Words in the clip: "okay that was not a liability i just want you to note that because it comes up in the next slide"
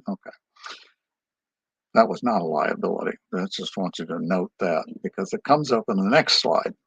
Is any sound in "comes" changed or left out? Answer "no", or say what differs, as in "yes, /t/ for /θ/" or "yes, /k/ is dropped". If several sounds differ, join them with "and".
no